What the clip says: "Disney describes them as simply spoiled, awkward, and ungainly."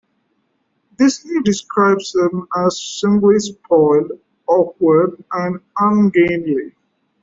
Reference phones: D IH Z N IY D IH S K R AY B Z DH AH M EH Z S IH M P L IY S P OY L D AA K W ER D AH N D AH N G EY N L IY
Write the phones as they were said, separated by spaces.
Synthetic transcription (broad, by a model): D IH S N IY D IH S K R AY B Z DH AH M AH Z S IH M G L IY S P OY L AA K W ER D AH N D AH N G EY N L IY